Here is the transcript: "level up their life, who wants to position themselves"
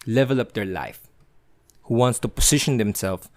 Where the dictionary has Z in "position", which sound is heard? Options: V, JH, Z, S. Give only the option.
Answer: S